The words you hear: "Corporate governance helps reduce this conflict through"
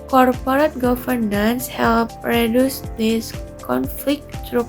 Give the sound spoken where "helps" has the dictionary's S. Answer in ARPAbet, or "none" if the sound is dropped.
none